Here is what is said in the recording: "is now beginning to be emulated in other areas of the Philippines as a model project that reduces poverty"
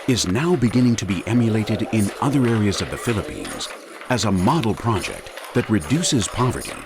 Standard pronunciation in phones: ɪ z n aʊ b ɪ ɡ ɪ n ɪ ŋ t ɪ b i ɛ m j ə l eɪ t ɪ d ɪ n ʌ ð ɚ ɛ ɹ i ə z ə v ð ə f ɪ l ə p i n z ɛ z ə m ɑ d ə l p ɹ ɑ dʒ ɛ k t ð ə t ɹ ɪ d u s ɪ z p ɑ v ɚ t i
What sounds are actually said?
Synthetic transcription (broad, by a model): ɪ z n aʊ b ɪ ɡ ɪ n ɪ ŋ t ɪ b i ɛ m j ə l eɪ t ɪ d ɪ n ʌ ð ɚ ɛ ɹ i ə z ə v ð ə f ɪ l ə p i n z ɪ z ə m ɑ d l p ɹ ɑ dʒ ɛ k t ð ə t ɹ ɪ d u s ɪ z p ɑ v ɚ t i